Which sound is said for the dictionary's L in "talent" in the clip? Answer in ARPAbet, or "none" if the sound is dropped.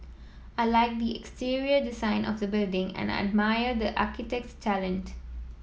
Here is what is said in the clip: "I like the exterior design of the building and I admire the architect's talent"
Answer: L